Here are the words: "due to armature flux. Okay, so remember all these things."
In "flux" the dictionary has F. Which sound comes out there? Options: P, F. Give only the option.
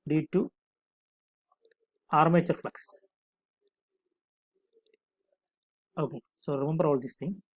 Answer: F